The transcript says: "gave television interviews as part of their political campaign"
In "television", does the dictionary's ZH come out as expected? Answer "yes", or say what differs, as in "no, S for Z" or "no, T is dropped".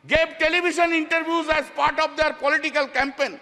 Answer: no, SH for ZH